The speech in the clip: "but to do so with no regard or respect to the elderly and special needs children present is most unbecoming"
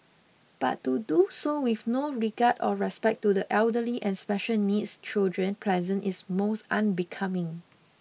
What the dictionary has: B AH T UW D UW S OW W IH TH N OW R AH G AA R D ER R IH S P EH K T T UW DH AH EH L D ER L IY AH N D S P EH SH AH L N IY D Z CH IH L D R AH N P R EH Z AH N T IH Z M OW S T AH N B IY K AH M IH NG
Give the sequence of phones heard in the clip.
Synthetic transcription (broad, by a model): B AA T UW D UW S OW W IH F N OW R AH G AA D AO R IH S P EH K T T UW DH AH EH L D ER L IY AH N S P EH SH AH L N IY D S CH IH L D R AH N P L EH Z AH N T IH S M OW S T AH N B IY K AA M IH NG